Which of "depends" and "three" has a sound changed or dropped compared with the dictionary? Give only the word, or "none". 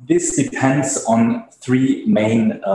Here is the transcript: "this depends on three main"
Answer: none